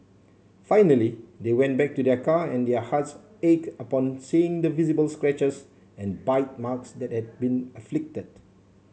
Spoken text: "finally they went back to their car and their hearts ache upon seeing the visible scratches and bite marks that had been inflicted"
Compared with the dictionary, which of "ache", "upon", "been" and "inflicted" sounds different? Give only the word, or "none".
inflicted